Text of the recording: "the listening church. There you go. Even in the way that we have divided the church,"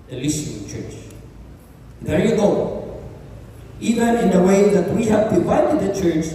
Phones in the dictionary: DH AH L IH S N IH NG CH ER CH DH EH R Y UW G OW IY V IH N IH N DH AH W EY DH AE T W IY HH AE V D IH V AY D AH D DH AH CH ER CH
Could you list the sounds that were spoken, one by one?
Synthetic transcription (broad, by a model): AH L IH S IH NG CH ER CH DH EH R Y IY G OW IY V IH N IH N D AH W EY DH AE T W IY HH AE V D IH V AY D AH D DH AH CH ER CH